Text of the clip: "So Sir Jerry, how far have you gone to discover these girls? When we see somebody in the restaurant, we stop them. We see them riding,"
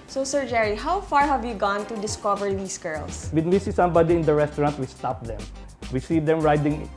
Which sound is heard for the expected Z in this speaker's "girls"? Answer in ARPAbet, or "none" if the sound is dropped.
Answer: S